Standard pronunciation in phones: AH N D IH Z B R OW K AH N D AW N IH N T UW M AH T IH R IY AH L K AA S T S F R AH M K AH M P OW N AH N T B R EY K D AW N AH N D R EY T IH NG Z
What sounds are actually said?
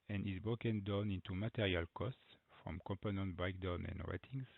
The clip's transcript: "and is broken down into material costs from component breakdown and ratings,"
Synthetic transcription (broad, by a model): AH N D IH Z B R OW K AH N D AW N IH N T UW M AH T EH R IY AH L K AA S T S F R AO M K AH M P OW N AH N T B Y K D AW N AH N D R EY T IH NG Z